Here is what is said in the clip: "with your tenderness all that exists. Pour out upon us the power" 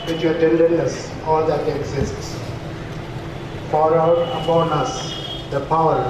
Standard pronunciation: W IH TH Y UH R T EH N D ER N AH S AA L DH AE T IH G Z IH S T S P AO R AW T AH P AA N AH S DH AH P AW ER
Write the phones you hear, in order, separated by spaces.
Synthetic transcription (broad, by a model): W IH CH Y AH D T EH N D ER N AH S AA L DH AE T IH G Z IH S T S F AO R AW T AH P AA N AH S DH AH P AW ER